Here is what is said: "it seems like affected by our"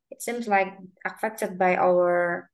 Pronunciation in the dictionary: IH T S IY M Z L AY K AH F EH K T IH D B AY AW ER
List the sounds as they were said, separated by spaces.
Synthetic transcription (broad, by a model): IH T S IY M Z L AY K AH F EH K T IH D B AY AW ER